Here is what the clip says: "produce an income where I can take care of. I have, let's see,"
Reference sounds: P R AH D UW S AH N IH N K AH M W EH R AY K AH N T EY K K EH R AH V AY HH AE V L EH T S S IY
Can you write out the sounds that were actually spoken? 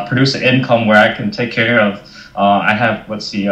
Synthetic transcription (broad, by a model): P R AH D UW S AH IH N K AH M W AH R AY K AH N T EY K K EH R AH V AY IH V W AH T S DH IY